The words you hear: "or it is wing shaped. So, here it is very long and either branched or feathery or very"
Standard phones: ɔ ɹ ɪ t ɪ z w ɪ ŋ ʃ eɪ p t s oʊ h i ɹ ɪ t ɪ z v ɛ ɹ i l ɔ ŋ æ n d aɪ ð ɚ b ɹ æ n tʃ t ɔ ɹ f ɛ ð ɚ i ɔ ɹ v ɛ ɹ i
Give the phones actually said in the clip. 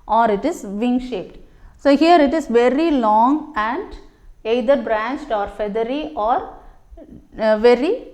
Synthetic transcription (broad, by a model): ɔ ɹ ɪ t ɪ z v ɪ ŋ ʃ eɪ p t s oʊ h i ɹ ɪ t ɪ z v ɛ ɹ i l ɔ ŋ æ n d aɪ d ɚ b ɹ æ n tʃ t ɔ ɹ f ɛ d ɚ i ɔ ɹ v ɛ ɹ i